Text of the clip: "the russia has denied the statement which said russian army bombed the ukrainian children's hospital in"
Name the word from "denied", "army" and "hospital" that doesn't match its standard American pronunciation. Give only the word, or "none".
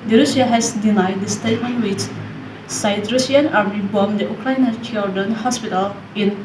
army